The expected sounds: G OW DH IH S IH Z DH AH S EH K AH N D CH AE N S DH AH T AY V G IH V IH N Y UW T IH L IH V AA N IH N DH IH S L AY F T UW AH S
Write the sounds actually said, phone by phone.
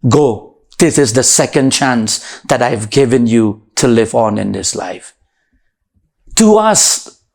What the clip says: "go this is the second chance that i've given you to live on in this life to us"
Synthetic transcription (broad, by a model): G OW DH IH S IH Z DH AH S EH K AH N D CH AE N S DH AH T AY V G IH V IH N Y UW T IH L IH V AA N IH N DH IH S L AY F T UW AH S